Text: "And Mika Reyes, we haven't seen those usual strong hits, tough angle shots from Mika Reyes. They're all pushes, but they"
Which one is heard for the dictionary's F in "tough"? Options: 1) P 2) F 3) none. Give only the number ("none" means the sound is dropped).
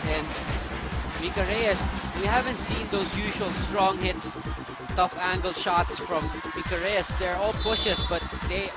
2